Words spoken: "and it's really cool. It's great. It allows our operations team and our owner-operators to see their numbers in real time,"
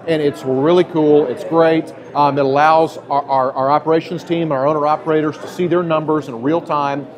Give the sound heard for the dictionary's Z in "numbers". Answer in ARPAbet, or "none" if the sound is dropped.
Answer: Z